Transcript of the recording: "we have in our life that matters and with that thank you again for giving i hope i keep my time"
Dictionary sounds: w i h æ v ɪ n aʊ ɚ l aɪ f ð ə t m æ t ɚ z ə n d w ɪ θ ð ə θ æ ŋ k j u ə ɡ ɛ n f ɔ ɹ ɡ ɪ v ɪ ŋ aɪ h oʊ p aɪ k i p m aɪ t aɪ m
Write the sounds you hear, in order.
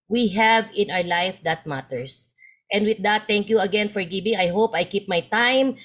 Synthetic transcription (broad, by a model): w i h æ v ɪ n aʊ ɚ l aɪ f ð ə t m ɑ t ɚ s ə n d w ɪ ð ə t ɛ ŋ k j u ə ɡ ɛ n f ɔ ɹ ɡ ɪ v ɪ ŋ aɪ h oʊ p aɪ k i p m aɪ t aɪ m